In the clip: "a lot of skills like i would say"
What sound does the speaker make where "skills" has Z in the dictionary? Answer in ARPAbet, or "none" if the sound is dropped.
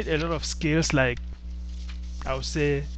S